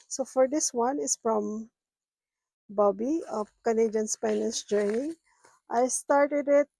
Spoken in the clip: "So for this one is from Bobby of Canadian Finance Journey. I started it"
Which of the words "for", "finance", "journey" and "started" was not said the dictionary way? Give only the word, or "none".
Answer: finance